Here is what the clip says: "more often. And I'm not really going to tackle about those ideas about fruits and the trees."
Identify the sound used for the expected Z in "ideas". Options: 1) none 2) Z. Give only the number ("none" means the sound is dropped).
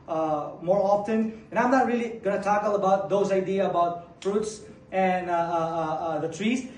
1